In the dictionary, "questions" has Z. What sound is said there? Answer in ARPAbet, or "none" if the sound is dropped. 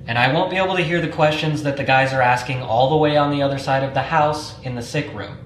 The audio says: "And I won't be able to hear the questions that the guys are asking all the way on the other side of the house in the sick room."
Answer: Z